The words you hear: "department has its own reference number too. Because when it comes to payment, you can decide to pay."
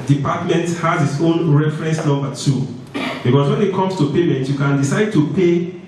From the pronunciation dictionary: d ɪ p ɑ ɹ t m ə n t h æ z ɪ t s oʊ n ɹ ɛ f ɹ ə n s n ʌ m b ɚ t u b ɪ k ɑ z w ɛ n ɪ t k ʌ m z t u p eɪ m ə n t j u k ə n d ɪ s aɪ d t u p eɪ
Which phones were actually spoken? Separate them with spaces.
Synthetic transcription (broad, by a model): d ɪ p ɑ t m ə n t h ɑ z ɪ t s oʊ n ɹ ɛ f ɹ ə n s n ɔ b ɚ t u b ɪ k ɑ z w ɛ n ɪ t k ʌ m s t u p eɪ m ə n t j u k ə n d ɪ s aɪ d t u p eɪ